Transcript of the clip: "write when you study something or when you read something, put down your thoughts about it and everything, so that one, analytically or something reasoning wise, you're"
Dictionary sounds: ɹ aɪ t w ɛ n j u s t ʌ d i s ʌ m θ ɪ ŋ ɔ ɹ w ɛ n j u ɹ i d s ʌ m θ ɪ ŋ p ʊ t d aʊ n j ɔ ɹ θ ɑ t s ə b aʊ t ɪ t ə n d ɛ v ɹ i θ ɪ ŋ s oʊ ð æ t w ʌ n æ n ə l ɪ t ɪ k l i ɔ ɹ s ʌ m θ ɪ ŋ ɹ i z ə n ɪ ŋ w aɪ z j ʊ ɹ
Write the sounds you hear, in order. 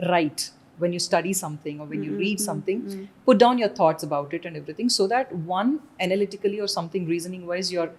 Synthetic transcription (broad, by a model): ɹ aɪ t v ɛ n j u s t ʌ d i s ʌ m t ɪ ŋ ɔ ɹ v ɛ n j u ɹ i d s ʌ m t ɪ ŋ p ʊ t d aʊ n j ɔ ɹ t ɑ t s ə b aʊ t ɪ t ə n d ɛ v ɹ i t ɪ ŋ s oʊ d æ t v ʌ n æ n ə l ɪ t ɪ k l i ɔ ɹ s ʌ m t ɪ ŋ ɹ i z ə n ɪ ŋ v aɪ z j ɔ ɹ